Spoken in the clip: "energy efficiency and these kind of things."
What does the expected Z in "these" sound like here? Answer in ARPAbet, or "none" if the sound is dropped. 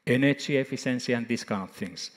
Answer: S